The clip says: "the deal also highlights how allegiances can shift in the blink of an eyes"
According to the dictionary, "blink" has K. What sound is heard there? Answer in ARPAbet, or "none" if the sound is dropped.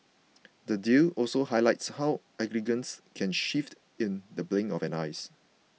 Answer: none